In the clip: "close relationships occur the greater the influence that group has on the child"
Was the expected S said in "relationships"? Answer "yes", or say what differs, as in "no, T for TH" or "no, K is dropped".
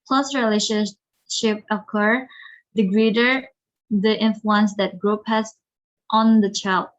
no, S is dropped